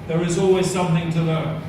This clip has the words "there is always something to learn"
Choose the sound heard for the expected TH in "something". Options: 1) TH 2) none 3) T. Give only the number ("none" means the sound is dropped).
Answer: 1